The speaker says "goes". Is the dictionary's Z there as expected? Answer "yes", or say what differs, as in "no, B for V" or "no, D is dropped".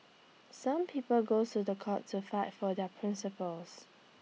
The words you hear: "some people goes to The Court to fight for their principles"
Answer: no, Z is dropped